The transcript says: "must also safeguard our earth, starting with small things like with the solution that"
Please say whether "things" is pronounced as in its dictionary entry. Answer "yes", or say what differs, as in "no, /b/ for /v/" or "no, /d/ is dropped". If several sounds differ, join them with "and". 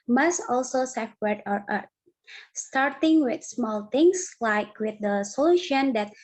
no, /t/ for /θ/ and /s/ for /z/